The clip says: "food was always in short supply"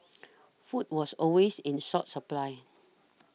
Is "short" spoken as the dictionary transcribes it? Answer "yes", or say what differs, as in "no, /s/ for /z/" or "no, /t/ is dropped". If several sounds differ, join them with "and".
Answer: no, /s/ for /ʃ/